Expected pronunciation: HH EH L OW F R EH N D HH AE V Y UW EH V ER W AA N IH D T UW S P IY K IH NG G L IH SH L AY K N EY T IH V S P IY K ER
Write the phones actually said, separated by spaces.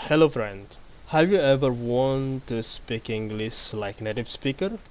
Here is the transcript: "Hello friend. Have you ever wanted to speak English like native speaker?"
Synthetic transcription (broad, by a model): HH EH L OW F R EH N D HH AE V Y UW EH V ER W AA N T UW S P IY K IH NG G L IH S L AY K N EY T IH V S P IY K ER